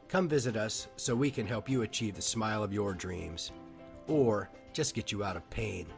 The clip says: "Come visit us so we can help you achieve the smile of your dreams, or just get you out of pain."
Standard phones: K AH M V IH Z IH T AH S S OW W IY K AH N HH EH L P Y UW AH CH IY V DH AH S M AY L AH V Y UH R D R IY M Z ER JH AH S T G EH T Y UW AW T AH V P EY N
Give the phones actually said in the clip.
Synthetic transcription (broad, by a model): K AH M V IH Z IH T AH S S OW W IY K AH N HH EH L P Y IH AH CH IY V DH AH S M AY L AH V Y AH R D R IY M Z ER JH AH S T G EH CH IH AW T AH V P EY N